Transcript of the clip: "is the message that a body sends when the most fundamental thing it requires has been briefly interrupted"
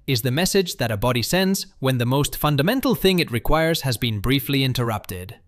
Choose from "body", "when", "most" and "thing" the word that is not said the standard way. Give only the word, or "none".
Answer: none